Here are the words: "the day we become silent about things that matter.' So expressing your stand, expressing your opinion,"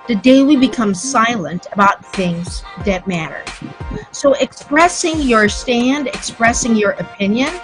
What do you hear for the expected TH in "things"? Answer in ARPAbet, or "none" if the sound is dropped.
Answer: TH